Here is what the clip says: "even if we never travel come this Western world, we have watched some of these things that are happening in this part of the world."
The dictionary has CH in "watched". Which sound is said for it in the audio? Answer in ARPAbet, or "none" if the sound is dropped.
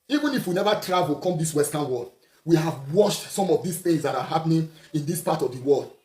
SH